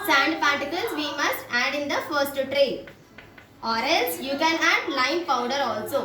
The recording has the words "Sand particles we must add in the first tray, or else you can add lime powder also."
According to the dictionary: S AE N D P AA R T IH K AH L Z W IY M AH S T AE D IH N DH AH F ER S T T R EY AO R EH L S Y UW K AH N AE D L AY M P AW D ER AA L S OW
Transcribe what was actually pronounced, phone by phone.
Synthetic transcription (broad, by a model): S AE N D P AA R T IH K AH L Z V IY M AH S T AE D IH N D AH F ER S T T R EY AO R EH L S Y UW K AH N AE D L AY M P AW D ER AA L S OW